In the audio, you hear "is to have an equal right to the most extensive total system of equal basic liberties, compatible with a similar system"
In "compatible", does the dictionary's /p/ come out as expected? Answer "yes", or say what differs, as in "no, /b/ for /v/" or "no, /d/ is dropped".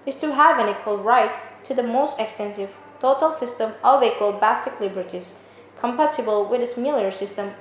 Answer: yes